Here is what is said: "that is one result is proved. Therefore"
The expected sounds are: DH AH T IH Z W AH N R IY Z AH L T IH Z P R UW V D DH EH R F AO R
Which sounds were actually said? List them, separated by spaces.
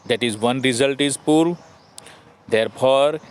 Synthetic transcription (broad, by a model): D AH T IH Z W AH N R IY Z AH L T IH Z P UW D D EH R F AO R